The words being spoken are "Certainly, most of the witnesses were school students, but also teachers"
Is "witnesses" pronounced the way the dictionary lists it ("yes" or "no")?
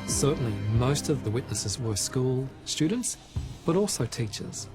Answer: yes